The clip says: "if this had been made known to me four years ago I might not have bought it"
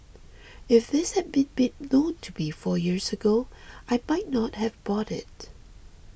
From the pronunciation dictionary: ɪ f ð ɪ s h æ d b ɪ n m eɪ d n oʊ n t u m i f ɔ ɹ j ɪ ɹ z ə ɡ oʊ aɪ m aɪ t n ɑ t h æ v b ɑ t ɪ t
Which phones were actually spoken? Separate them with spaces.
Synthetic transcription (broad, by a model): ɪ f ð ɪ s h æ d b ɪ n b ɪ n oʊ n t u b i f ɔ ɹ j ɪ ɹ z ə ɡ oʊ aɪ m aɪ t n ɑ t h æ v b ɑ t ɪ t